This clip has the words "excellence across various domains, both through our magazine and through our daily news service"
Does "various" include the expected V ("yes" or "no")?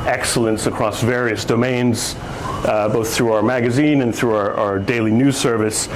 yes